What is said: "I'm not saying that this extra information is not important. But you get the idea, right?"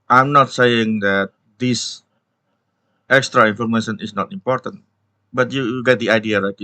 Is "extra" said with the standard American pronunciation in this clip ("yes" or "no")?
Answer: yes